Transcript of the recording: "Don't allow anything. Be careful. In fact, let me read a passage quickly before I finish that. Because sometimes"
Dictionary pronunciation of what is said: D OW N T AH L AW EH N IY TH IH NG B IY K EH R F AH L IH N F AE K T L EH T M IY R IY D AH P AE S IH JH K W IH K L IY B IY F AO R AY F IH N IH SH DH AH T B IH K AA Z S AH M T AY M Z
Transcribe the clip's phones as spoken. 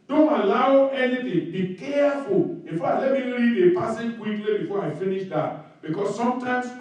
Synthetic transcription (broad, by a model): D OW N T AH L AW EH N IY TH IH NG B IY K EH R F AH L IH N F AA T L EH T M IY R IY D AH P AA S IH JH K W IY K L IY B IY F AO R AY F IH N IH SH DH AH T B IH K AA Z S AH M T AY M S